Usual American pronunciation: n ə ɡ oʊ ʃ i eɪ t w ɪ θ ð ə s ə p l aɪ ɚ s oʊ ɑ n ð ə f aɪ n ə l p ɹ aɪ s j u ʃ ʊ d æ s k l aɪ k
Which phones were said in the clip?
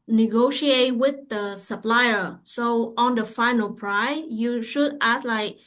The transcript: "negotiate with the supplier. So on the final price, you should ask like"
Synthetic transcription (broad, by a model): n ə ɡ oʊ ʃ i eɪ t w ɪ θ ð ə s ə p l aɪ ɚ s oʊ ɑ n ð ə f aɪ n ə l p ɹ aɪ j u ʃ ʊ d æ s l aɪ k